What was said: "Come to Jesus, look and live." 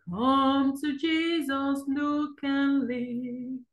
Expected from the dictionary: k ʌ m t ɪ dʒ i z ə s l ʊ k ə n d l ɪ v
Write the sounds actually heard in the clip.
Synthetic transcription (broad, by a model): k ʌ m t ɪ dʒ i z ə s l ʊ k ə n l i